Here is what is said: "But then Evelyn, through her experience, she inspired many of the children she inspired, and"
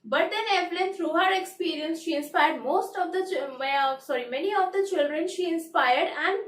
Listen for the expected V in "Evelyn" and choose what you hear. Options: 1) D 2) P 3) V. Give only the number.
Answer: 2